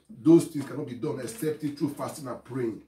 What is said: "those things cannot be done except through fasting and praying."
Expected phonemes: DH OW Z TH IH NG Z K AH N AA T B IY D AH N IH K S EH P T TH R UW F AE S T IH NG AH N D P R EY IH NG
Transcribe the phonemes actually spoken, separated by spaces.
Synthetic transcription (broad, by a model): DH OW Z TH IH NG S K AH N AA T B IY D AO N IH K S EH P T T R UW F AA S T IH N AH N P R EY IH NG